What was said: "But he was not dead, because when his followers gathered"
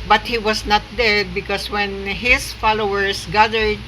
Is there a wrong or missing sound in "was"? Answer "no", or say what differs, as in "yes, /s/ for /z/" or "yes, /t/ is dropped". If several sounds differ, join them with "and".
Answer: yes, /s/ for /z/